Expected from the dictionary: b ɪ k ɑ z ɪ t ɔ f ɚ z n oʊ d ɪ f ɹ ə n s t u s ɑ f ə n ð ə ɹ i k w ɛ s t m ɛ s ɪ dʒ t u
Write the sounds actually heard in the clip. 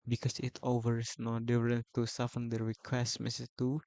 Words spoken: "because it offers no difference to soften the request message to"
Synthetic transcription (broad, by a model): b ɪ k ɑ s ɪ t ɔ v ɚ s n oʊ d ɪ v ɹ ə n t u s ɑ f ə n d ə ɹ i k w ɛ s t m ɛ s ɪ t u